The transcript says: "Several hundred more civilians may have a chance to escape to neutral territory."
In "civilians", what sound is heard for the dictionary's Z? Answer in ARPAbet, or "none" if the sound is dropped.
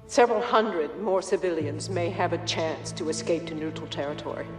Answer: Z